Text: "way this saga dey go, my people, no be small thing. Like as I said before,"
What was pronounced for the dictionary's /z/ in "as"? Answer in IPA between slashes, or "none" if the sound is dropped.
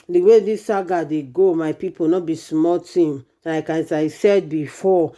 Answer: /s/